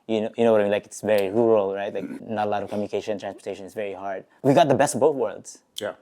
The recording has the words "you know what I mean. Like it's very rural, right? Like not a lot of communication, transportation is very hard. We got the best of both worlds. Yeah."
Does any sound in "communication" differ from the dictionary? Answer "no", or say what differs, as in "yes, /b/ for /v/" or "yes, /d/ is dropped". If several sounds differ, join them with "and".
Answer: yes, /ʃ/ is dropped